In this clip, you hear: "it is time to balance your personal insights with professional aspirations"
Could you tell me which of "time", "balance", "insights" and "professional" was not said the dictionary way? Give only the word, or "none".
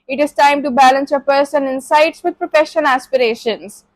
professional